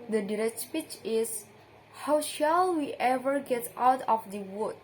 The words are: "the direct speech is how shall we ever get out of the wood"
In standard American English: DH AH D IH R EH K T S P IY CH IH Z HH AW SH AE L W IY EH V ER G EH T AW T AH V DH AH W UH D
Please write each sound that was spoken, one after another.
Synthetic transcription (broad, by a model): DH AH D IH R EH K T S P IY CH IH S HH AW SH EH L W IY EH V ER G EH T AW T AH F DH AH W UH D